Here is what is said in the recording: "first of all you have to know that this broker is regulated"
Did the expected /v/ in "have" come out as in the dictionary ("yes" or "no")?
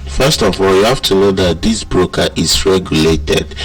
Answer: no